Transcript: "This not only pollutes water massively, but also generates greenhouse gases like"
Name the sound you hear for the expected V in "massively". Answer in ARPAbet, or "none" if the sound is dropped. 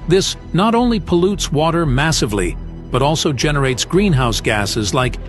V